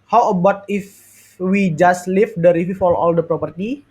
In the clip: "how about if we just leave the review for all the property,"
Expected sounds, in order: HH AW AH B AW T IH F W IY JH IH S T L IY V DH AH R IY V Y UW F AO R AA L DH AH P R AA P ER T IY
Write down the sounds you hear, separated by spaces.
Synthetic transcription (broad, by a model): HH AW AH B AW T IH F W IY JH IH S T L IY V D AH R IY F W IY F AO L AA L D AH P R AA P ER T IY